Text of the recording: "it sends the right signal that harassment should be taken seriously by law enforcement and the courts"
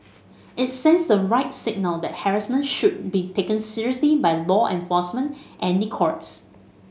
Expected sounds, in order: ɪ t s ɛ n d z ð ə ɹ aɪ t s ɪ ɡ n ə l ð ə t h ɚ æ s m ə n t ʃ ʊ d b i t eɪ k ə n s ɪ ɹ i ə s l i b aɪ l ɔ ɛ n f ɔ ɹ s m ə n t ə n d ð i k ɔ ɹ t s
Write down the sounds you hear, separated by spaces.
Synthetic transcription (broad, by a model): ɪ t s ɛ n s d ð ə ɹ aɪ t s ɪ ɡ n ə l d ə t h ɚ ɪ s m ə n ʃ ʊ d b i t eɪ k ə n s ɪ ɹ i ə s l i b aɪ l ɔ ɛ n f ɔ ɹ s m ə n t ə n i k ɔ ɹ t s